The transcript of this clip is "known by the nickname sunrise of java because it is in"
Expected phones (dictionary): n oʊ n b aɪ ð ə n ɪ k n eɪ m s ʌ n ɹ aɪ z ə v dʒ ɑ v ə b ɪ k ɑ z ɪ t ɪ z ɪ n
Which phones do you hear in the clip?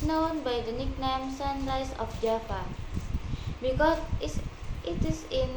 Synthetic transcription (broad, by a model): n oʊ n b aɪ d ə n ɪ k n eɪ m s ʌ n l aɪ s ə f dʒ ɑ p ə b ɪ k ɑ ɪ t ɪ s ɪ n